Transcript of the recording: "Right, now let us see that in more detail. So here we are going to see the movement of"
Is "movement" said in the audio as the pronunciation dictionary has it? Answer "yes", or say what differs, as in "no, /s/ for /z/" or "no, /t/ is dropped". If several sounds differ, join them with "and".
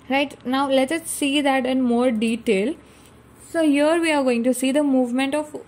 yes